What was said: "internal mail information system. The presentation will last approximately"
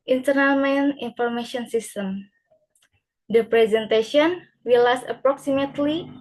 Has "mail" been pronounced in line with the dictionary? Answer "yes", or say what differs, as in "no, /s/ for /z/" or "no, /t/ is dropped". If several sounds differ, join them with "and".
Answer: no, /n/ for /l/